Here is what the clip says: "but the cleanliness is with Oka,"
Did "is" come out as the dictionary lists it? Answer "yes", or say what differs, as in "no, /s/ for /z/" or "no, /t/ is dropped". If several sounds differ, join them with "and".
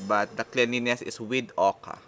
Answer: no, /s/ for /z/